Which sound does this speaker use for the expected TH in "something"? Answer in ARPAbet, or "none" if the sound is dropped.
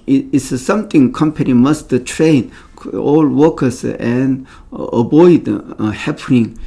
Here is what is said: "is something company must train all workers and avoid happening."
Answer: T